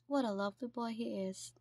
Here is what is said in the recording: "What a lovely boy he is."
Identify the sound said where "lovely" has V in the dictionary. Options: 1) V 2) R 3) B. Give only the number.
1